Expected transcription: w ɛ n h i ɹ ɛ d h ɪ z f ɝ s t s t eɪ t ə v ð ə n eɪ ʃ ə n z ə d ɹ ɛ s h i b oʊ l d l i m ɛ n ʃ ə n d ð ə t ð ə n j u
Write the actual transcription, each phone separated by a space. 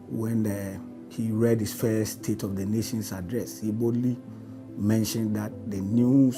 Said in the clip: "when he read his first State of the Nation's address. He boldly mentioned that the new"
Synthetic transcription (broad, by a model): w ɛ n h i ɹ ɛ d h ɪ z f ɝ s s t eɪ t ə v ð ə n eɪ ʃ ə n s ə d ɹ ɛ s h i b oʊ d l i m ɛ n ʃ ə n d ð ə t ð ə n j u